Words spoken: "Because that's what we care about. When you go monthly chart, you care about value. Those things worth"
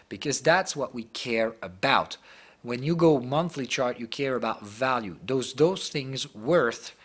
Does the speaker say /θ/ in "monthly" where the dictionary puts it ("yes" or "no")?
yes